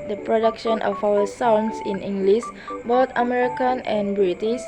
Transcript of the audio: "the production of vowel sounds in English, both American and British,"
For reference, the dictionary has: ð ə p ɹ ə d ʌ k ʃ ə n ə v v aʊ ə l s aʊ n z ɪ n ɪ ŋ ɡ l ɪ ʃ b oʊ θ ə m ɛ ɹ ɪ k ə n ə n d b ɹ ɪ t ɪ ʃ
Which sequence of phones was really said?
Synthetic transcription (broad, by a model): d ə p ɹ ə d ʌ k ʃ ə n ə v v aʊ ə s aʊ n s ɪ n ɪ ŋ ɡ l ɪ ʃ b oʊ t ə m ɛ ɹ ɪ k ə n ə n b ɹ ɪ t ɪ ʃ